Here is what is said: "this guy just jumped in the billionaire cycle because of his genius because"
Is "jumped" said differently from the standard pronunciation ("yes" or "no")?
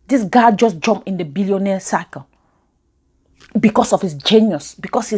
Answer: yes